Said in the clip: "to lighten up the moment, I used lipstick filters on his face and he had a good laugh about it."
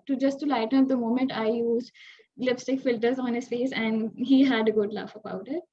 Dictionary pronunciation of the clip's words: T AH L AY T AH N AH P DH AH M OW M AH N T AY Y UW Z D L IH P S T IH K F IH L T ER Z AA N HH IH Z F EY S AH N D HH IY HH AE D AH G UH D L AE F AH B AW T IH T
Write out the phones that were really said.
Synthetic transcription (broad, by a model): T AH L AY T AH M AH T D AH M OW M AH N T AY Y UW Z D L IH P S T IH K F IH L T ER Z AA N HH IH Z F EY S AH N D HH IY HH AE D AH G UH D L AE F AH B AW T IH T